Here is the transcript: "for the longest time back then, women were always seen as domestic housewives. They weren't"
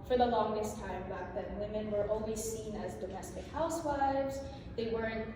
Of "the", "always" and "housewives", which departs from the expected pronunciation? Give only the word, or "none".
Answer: none